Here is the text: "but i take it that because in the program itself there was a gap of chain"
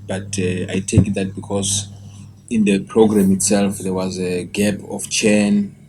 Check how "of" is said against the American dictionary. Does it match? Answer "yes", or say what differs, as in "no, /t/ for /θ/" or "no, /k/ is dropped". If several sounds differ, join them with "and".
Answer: no, /f/ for /v/